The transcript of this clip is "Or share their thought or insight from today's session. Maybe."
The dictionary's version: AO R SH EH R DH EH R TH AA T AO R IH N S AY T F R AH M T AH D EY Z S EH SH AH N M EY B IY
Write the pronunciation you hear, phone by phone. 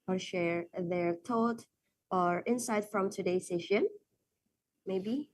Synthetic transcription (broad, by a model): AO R SH EH R DH EH R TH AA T AO R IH N S AY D F R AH M T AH D EY S EH SH AH N M EY B IY